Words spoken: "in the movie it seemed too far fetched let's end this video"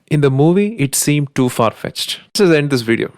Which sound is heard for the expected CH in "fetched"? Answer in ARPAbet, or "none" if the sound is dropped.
CH